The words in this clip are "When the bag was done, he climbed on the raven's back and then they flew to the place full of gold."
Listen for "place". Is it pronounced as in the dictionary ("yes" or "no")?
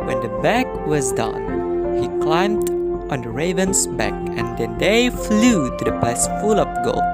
no